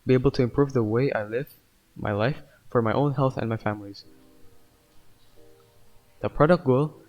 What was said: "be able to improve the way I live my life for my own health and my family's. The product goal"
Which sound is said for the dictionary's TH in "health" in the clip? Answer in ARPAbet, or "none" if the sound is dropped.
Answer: TH